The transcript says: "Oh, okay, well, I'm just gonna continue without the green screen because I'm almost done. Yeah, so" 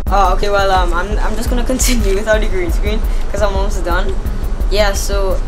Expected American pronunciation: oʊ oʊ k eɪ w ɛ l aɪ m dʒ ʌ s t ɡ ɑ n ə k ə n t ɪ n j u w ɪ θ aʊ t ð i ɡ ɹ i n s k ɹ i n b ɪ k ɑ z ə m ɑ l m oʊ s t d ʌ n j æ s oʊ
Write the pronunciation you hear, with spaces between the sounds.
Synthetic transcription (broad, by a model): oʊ oʊ k eɪ w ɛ l aɪ m dʒ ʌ s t ɡ ɑ n ə k ə n t ɪ n j u w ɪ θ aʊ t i ɡ ɹ i n s k ɹ i n k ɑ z ə m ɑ m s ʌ d ʌ n j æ s oʊ